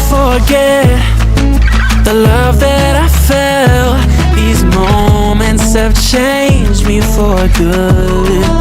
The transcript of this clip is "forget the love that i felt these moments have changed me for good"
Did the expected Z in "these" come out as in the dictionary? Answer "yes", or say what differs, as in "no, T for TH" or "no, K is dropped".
yes